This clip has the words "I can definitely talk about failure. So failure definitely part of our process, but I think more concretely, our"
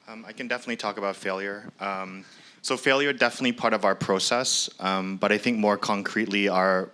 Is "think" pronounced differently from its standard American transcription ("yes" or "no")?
no